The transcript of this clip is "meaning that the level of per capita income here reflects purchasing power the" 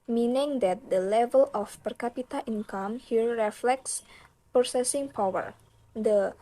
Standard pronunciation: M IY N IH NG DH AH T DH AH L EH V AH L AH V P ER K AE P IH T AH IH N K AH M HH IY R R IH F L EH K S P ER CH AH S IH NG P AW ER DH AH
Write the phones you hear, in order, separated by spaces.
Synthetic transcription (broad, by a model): M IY N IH NG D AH T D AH L EH V AH L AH F P ER K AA P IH T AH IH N K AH M HH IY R R IH F L EH K S P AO S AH S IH NG P AW ER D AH